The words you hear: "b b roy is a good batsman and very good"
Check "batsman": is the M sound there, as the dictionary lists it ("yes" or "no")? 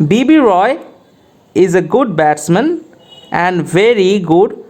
yes